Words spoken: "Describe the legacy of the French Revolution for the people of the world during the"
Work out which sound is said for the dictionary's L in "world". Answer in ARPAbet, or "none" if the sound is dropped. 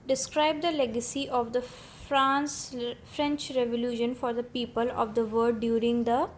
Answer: none